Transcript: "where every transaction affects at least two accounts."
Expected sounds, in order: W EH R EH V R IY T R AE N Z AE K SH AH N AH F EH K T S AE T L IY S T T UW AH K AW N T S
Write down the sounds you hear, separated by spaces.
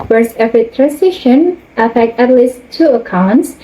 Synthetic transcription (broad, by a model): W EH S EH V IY T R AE N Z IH SH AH N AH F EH K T AE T L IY S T T UW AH K AW N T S